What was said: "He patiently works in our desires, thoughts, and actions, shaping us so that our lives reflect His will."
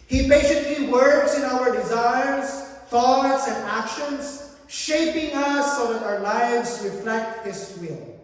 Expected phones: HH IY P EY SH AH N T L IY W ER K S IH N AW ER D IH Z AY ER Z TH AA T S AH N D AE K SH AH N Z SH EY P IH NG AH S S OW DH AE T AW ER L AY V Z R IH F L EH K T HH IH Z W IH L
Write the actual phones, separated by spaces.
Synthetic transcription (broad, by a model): HH IY B EY S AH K L IY W ER K S IH N AW ER D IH Z AY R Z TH AA T S AH N D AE K SH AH N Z SH EY P IH NG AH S S OW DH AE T AW ER L AY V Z R IH F L EH K T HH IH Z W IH L